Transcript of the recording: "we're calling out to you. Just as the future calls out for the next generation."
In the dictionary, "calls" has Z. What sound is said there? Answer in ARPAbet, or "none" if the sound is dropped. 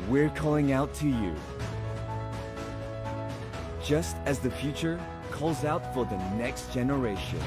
Z